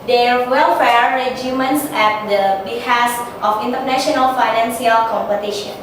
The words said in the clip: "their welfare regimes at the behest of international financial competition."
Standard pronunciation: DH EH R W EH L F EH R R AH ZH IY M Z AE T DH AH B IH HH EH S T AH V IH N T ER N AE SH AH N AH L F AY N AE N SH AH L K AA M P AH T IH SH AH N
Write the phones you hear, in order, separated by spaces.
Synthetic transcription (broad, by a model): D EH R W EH L F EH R R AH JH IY M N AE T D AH B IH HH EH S T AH F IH N T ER N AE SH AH N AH L F AY N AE N S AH L K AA M P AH T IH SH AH N